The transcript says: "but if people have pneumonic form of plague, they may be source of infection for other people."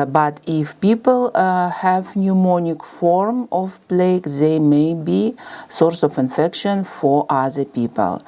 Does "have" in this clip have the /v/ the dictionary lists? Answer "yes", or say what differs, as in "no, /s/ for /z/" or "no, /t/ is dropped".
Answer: yes